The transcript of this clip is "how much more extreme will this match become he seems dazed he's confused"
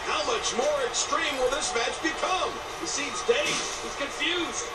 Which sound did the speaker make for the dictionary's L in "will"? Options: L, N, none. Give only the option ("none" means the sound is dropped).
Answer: L